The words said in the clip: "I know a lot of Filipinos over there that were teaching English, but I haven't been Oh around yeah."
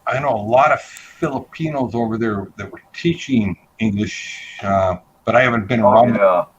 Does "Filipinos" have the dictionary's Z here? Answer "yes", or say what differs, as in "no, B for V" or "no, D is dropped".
yes